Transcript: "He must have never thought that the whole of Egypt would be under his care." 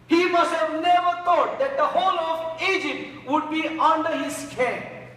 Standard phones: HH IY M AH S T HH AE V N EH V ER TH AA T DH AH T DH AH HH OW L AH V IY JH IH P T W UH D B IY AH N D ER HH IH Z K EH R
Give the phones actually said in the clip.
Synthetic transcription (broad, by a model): HH IY M AH S T HH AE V N EH V ER T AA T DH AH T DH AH HH OW L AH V IY JH IH P T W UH D B IY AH N D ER HH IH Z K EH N